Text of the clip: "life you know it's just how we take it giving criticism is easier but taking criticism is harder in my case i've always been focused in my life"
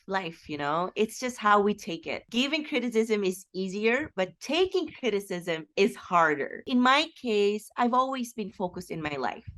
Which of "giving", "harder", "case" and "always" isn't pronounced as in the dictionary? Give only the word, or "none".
none